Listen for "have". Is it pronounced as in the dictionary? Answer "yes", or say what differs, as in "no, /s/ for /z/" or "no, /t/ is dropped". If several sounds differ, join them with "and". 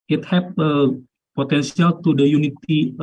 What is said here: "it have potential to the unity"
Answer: no, /p/ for /v/